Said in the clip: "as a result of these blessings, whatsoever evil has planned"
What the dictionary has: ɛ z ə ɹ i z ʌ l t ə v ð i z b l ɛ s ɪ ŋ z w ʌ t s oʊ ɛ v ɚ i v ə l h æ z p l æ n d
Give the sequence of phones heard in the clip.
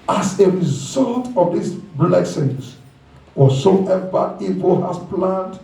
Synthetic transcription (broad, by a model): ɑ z ə ɹ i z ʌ l t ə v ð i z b l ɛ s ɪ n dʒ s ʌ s oʊ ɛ v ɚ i p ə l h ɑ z p l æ n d